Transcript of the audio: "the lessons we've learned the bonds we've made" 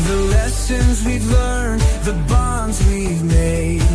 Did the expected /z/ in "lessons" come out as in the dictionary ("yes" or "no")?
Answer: yes